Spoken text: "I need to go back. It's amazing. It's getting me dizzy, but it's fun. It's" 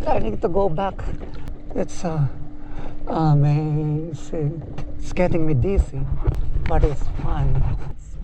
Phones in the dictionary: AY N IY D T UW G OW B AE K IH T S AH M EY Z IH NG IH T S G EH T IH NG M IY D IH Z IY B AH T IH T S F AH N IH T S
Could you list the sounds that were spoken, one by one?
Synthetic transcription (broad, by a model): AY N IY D T UW G OW B AE K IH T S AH M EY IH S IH S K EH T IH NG M IY D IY S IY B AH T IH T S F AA IH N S